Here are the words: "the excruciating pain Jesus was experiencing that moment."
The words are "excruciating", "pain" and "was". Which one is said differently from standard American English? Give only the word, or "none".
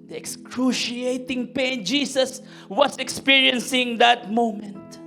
was